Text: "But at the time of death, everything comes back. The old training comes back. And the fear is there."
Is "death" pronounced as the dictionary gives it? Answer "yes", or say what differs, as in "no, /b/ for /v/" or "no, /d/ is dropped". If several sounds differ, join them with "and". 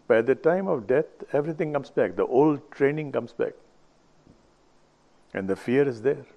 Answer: no, /t/ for /θ/